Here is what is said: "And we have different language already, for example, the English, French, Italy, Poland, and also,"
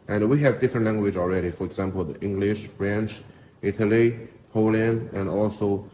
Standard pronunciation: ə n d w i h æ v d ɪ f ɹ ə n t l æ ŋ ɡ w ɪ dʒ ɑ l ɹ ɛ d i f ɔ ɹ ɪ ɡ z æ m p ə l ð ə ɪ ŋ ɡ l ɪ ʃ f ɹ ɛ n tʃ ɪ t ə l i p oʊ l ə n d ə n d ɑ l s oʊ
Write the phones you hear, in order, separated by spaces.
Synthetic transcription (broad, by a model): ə n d w i h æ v d ɪ f ɹ ə n t l æ ŋ ɡ w ɪ dʒ ɑ l ɹ ɛ d i f ɔ ɹ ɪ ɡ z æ m p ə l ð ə ɪ ŋ ɡ l ɪ ʃ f ɹ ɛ n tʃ ɪ t ə l i p oʊ l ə n ə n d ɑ l s oʊ